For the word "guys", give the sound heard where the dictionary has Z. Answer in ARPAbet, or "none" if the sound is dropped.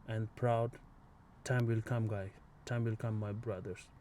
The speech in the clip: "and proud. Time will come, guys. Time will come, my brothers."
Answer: none